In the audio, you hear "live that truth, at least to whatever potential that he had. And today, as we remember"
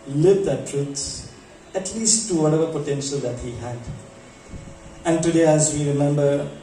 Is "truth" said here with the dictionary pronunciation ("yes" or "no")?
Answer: no